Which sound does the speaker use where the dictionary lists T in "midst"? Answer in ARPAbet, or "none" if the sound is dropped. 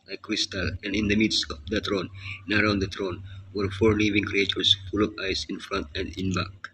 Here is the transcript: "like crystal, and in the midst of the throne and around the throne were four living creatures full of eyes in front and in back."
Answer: none